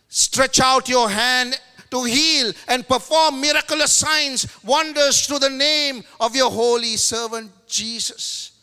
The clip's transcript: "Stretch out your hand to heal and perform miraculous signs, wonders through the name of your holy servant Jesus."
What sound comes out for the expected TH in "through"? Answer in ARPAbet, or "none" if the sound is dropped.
T